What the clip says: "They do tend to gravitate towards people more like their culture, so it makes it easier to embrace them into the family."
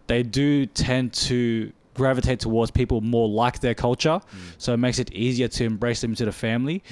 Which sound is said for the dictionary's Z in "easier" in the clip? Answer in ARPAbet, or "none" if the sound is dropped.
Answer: Z